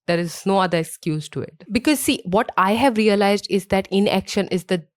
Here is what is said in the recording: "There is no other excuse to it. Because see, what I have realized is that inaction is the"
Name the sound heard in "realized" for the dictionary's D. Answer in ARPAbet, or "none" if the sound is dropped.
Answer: D